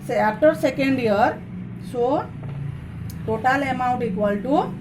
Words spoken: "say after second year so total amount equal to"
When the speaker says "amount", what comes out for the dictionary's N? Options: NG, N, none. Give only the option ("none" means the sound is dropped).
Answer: N